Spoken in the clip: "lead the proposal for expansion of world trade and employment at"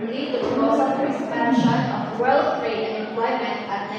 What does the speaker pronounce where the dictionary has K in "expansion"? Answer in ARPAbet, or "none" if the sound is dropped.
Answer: none